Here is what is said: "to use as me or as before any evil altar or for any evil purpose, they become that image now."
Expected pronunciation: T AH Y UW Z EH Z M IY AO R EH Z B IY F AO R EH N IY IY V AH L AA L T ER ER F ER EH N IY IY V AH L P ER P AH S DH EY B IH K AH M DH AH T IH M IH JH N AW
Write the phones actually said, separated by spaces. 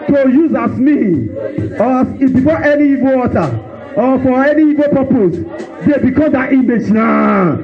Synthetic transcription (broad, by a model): T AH Y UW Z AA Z M IY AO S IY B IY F AO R EH N IY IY V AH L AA T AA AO F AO EH N IY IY V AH P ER P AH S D EY B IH K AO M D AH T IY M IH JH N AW